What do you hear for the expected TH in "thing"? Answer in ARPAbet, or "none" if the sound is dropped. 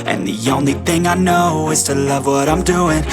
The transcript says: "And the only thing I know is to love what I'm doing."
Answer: TH